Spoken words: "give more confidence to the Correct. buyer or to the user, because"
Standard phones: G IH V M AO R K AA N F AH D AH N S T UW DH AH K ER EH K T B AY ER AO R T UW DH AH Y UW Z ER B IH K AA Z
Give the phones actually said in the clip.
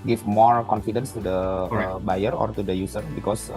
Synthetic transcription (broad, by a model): G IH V M AO R K AA N F AH D AH N S T UW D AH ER B AY ER AO R T UW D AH Y UW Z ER B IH K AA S